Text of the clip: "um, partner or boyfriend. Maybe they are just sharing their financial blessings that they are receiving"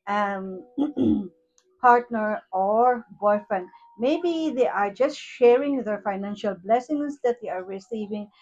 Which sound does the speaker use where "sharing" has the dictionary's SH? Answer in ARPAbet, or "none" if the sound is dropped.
SH